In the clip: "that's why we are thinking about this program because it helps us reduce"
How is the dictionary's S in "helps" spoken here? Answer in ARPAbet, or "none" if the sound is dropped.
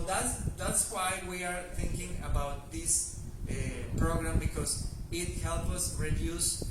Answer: none